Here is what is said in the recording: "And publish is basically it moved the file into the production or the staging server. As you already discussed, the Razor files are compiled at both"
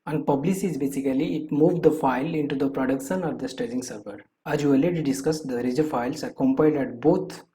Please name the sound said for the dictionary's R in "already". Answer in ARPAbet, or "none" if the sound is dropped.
none